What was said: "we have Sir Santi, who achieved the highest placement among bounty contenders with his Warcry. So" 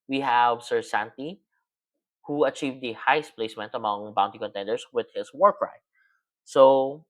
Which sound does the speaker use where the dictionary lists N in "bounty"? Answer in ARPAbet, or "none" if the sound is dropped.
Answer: N